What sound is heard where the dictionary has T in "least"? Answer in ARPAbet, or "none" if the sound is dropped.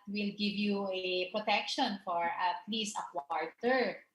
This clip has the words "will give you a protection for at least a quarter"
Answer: none